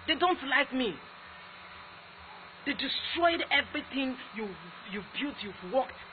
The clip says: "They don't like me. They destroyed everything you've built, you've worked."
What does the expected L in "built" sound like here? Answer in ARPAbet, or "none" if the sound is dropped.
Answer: none